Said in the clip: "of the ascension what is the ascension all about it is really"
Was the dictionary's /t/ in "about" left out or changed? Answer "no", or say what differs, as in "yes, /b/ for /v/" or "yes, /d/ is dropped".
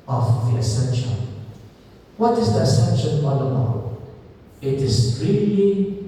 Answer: yes, /t/ is dropped